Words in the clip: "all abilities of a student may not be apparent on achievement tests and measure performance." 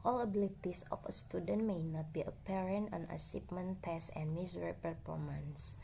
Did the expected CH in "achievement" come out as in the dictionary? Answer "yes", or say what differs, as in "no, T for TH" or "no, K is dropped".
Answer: no, S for CH